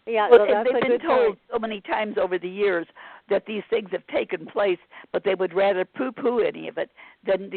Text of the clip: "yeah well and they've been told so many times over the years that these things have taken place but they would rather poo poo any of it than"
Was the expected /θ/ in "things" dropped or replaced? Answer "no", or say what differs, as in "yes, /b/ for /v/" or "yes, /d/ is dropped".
no